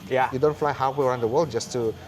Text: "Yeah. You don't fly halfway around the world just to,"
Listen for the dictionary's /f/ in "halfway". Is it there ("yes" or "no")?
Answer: no